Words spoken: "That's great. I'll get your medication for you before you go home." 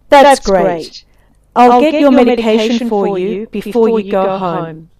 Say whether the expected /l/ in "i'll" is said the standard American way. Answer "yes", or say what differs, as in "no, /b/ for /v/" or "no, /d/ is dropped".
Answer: yes